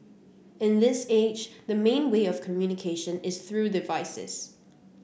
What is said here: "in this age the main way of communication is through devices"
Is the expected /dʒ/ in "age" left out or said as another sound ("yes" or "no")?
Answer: no